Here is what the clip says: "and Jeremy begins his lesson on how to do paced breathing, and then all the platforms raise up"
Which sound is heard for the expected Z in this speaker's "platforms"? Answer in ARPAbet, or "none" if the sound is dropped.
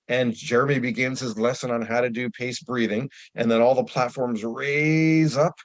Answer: Z